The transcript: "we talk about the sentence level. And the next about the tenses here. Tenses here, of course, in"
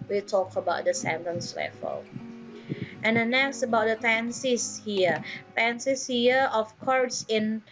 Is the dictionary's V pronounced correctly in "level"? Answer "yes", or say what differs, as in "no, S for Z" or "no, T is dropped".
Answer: no, F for V